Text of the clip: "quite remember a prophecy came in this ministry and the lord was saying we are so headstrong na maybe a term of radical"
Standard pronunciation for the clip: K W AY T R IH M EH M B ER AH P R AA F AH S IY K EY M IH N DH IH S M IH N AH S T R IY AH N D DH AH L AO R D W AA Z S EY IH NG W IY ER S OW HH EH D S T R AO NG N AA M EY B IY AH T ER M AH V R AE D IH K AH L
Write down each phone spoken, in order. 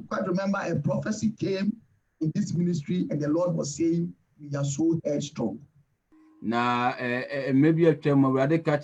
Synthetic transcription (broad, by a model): K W AY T R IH M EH M B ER AH P R AA F AH S IY K EY M IH N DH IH S M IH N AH S T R IY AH N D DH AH L AO D W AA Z S EY IH NG W IY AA S OW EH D S T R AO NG N AA M EY B IY AH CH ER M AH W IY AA D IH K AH